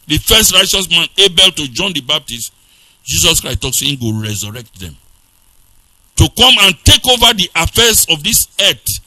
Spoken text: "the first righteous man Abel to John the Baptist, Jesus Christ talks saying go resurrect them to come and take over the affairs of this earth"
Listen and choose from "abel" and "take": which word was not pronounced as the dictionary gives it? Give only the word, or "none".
none